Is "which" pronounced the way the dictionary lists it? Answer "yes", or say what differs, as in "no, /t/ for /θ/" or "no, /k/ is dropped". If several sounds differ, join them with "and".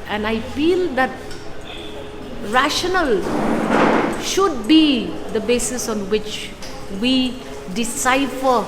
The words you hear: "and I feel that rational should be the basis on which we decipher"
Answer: yes